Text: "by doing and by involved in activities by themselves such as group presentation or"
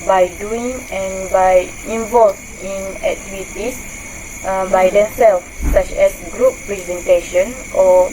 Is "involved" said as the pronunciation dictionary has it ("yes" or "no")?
no